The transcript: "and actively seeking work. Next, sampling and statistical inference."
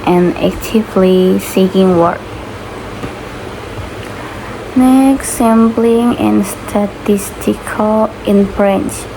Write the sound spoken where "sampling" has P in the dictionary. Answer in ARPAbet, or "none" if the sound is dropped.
B